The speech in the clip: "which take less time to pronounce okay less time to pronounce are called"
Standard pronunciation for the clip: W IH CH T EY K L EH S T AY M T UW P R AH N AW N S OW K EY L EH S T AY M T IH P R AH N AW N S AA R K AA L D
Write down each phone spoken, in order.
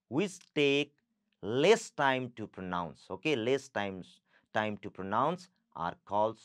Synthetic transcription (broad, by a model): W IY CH T EY K L EH S T AY M T UW P R AH N AW N S OW K EY L EH S T AY M T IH P R AH N AW N S AA R K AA L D